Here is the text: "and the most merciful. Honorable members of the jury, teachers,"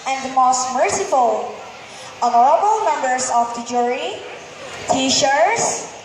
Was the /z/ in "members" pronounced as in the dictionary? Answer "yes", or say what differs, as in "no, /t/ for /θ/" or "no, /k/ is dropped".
no, /s/ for /z/